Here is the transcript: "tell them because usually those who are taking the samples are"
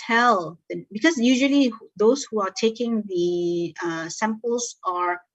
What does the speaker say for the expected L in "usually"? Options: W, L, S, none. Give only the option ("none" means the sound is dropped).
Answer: L